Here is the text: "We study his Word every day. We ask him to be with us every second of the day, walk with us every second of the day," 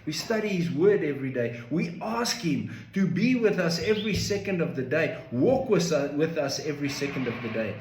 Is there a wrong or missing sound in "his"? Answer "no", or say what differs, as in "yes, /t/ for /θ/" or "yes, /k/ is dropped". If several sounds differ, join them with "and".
no